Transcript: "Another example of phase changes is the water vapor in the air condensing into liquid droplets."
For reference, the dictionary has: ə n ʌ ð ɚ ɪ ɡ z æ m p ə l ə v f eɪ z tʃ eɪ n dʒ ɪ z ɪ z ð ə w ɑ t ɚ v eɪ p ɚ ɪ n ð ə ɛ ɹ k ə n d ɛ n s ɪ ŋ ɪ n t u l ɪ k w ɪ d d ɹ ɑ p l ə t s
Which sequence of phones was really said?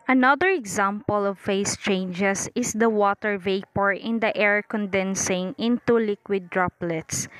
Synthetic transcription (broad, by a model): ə n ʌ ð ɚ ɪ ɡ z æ m p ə l ə v f eɪ s tʃ eɪ n dʒ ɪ s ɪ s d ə w ɑ t ɚ v eɪ p ɚ ɪ n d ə ɛ ɹ k ə n d ɛ n s ɪ ŋ ɪ n t u l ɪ k w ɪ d d ɹ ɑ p l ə t s